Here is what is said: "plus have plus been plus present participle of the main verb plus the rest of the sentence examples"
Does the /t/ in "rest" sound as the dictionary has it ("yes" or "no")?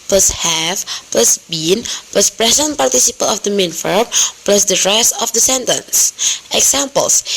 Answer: no